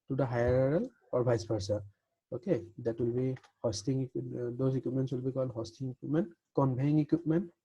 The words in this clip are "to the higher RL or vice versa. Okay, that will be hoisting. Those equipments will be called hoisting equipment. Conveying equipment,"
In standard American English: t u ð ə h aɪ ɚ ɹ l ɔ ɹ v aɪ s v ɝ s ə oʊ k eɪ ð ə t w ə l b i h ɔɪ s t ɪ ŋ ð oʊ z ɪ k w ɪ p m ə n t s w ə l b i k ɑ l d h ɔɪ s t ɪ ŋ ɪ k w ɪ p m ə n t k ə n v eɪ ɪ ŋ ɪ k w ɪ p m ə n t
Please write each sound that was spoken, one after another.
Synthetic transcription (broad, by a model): t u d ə h aɪ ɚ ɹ l ɔ ɹ b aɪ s p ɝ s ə oʊ k eɪ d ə t w ə l b i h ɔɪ s t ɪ ŋ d oʊ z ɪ k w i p m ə n s w ə l b i k ɑ l d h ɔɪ s t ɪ ŋ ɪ k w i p m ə n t k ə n b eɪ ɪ ŋ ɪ k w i p m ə n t